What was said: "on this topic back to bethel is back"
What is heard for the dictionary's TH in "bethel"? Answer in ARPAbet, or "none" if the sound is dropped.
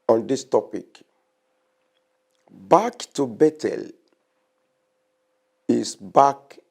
T